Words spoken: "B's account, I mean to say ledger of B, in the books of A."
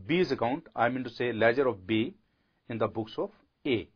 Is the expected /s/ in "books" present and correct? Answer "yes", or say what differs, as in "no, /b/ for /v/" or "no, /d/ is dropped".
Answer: yes